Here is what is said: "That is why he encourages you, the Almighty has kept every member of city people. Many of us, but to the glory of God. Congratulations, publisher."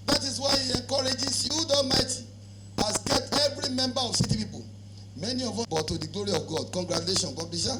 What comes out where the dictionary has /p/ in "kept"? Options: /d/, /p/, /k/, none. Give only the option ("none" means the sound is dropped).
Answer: none